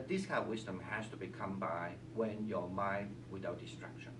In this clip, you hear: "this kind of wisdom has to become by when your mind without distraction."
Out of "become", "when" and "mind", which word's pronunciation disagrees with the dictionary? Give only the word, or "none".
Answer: none